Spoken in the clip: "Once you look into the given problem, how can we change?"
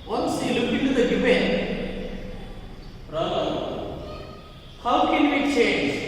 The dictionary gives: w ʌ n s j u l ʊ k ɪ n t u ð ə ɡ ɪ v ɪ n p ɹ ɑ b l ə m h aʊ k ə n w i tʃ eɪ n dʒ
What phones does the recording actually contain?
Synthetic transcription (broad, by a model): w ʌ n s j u l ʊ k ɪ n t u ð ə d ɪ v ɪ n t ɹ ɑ l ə h aʊ k ə n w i tʃ eɪ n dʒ